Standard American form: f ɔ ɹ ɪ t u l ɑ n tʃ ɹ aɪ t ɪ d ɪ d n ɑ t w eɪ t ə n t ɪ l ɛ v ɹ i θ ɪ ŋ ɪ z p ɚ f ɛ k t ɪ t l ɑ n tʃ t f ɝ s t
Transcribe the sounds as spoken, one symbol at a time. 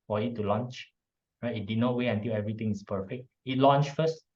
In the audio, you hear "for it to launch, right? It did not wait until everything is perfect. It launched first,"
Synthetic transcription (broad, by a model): f ɔ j ɪ t u l ɑ n tʃ ɹ aɪ t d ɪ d n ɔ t w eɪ ə n t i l ɛ v ɹ i t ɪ ŋ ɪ s p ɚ f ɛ k t ɪ t l ɑ n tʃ f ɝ s t